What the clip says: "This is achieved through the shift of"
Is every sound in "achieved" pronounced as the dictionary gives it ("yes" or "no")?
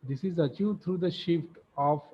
no